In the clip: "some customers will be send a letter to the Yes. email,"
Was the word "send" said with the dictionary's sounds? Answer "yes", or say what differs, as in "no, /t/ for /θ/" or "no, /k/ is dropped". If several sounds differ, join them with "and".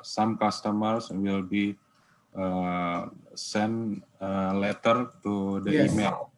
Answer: no, /d/ is dropped